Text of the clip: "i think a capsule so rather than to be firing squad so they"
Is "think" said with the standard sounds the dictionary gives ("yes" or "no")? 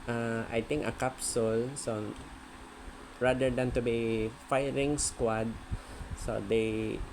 no